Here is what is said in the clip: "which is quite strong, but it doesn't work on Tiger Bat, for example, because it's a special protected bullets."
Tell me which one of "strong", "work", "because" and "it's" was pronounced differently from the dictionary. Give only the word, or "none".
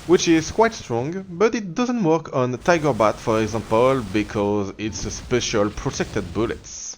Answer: none